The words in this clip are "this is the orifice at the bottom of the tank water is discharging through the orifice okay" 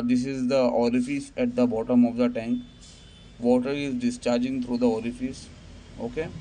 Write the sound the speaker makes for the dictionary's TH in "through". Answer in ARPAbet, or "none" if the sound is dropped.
T